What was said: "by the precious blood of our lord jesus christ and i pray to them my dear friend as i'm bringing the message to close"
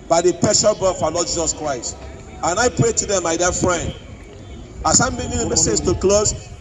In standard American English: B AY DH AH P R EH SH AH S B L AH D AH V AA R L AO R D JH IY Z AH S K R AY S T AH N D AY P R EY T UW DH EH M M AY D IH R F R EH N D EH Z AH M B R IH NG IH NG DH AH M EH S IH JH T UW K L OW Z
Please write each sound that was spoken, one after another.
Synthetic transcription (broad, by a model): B AY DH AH P EH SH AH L B AH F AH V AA L AO D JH IY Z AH S K R AY S T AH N AY P R EY T UW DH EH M M AY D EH F R EH N D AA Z AH M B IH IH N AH M EH S IH JH T UW K L OW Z